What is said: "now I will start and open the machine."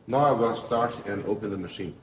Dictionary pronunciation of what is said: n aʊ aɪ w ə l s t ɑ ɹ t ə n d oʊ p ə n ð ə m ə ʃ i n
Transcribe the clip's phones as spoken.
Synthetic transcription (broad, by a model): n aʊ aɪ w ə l s t ɑ ɹ t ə n oʊ p ə n ð ə m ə ʃ i n